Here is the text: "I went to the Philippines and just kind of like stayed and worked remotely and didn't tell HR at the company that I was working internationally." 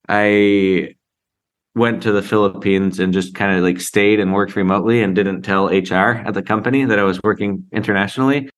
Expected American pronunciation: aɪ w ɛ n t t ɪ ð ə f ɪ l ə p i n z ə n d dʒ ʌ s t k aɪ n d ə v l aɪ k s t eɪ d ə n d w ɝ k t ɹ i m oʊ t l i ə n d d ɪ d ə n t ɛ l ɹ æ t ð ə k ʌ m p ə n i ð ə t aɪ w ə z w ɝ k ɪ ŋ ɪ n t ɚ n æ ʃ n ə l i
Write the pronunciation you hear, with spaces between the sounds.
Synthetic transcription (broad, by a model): aɪ w ɛ n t t ɪ ð ə f ɪ l ə p i n z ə n dʒ ʌ s k aɪ n d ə l aɪ k s t eɪ d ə n w ɝ k t ɹ i m oʊ t l i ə n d d ɪ d n t ɛ l ɹ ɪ t ð ə k ʌ m p ə n i ð ə t aɪ w ə z w ɝ k ɪ ŋ ɪ n t ɚ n æ ʃ n l i